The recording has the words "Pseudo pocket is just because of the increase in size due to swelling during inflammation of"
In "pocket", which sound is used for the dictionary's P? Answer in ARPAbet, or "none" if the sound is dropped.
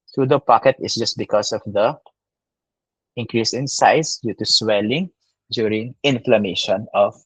P